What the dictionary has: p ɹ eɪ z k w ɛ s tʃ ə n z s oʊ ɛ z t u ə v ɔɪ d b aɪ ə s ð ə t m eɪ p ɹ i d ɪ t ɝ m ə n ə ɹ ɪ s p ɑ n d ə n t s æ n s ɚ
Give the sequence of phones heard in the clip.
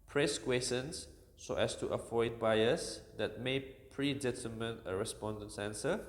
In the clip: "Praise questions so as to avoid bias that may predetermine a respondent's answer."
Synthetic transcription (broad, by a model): p ɹ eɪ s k w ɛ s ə n s oʊ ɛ s t u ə f ɔɪ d b aɪ ə s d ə t m eɪ p ɹ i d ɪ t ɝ m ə n ə ɹ ɪ s p ɑ n d ə n t s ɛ n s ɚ